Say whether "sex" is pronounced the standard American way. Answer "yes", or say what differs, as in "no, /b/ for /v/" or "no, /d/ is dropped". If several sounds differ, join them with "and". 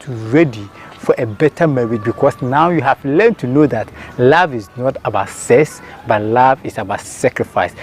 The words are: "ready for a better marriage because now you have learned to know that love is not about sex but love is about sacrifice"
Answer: no, /k/ is dropped